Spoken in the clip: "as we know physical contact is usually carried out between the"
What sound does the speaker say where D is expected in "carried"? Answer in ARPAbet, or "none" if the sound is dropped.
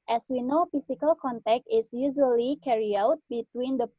none